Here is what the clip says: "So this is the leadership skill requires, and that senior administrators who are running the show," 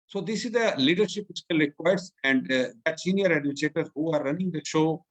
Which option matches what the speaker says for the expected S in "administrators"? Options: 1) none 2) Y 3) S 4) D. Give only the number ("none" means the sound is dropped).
1